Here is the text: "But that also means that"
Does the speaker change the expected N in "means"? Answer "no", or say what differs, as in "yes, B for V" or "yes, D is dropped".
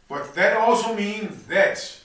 no